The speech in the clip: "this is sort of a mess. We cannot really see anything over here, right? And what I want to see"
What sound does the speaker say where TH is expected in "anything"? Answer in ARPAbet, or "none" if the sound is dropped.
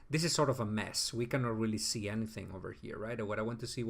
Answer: TH